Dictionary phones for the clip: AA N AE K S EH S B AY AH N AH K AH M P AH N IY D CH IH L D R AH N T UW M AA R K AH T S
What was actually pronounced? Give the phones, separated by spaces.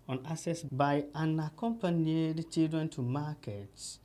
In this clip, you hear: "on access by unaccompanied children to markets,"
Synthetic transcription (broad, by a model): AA N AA S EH S B AY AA N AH K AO M P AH N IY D CH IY L D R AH N T UW M AA K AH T S